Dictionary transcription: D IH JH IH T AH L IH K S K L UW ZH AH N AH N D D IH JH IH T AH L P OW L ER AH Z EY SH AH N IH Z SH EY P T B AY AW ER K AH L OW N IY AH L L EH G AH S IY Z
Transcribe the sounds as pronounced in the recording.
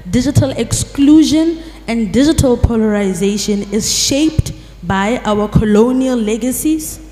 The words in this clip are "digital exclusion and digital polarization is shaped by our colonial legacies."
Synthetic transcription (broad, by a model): D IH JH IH T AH L IH K S K L UW ZH AH N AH N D D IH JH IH T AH L P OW L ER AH Z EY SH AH N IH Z SH EY P T B AY AW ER K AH L OW N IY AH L L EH G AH S IY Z